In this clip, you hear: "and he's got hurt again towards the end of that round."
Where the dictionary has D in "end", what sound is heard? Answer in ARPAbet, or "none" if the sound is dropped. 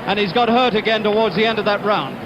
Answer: D